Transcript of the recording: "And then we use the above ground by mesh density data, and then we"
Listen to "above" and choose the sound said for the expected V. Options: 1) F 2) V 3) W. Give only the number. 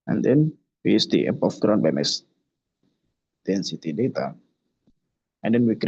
1